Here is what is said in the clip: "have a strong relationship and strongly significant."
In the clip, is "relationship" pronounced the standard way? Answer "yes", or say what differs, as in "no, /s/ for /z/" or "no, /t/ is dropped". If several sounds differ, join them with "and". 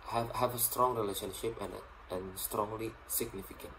yes